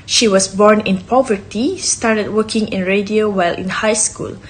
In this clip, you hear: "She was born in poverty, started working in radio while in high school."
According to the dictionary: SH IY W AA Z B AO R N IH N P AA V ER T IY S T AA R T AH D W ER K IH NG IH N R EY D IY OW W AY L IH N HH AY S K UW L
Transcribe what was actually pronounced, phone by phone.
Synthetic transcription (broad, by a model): SH IY W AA S B AO R N IH N P AA V ER T IY S T AA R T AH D W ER K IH NG IH N R EY D IY OW W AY L IH N HH AY S K UW L